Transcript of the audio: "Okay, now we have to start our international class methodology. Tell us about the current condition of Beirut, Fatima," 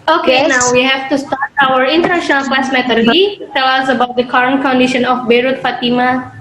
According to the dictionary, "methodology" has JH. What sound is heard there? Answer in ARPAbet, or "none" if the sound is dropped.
none